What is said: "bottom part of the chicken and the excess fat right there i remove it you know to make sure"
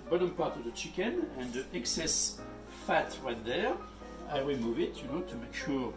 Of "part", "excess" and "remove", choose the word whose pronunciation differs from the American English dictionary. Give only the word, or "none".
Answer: remove